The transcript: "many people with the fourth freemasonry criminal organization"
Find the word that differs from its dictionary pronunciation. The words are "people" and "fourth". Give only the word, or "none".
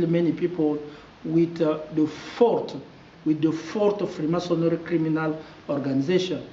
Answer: fourth